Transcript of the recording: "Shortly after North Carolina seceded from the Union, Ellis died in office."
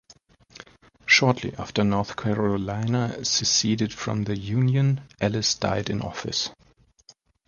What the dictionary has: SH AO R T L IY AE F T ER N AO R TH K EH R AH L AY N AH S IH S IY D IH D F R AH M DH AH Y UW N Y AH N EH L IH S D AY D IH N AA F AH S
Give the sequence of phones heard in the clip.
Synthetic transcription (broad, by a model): SH AO R T L IY AE F T ER N AO R TH K EH R AH L AY N AH S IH S IY D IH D F R AH M DH AH Y UW N Y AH N EH L IH S D AY D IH N AA F AH S